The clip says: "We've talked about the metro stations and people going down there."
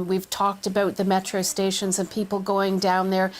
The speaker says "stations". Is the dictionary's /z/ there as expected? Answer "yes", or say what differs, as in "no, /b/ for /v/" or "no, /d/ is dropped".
yes